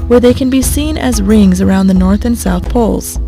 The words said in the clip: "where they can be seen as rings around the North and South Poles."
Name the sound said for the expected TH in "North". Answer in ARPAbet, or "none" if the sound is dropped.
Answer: TH